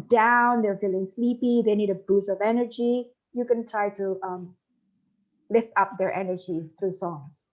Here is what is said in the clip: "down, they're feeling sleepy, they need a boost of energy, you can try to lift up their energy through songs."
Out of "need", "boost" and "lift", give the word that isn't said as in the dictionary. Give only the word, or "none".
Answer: boost